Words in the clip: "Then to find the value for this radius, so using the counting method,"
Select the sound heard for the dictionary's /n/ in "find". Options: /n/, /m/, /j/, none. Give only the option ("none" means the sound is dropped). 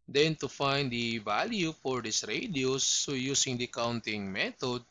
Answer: /n/